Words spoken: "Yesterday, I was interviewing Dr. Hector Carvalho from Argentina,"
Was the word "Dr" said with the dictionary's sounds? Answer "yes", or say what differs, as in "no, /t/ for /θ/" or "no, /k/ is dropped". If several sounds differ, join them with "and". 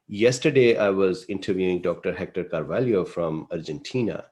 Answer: yes